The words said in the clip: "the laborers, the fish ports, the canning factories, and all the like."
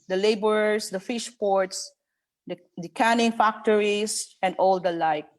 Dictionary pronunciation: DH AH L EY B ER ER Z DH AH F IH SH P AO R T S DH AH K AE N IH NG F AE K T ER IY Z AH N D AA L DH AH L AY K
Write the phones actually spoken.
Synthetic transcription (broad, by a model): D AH L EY B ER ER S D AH F IH SH P AO R T S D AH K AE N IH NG F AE K T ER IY S AH N D AA L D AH L AY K